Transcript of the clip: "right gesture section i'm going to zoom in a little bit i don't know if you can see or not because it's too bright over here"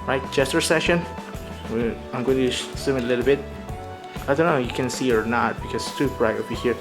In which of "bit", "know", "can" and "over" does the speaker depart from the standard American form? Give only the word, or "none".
over